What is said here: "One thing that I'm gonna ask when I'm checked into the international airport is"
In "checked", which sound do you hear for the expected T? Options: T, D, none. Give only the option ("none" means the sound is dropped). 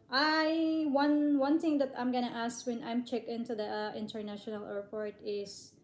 none